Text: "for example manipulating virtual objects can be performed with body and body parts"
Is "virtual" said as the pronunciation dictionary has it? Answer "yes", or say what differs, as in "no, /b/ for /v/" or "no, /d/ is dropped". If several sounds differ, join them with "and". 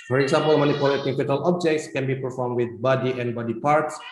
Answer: no, /f/ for /v/